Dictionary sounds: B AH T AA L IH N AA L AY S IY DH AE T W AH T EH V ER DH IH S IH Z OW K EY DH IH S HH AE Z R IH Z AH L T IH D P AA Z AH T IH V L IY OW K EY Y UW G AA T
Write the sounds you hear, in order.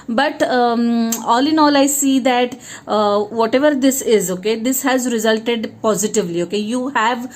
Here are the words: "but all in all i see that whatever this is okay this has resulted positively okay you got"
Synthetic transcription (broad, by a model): B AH T AA L IH N AA L AY S IY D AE T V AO T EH V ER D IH S IH Z OW K EY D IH S HH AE Z R IH Z AH L T IH D P AA Z AH T IH V L IY OW K EY Y UW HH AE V